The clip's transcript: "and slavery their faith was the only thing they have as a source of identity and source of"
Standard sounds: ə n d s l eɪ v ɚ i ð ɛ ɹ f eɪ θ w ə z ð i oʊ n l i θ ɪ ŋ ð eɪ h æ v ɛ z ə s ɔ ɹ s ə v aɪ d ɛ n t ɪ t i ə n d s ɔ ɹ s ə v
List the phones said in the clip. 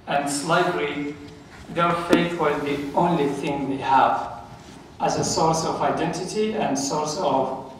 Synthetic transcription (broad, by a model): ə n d s l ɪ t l i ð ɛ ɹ f eɪ θ w ə z ð i oʊ n l i θ ɪ ŋ ð eɪ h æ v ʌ z ə s ɔ ɹ s ə v aɪ d ɛ n t ɪ t i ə n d s ɔ ɹ s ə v